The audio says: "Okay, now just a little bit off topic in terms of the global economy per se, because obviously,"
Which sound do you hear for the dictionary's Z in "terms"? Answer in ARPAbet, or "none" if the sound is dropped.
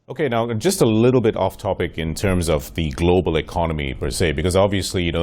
Z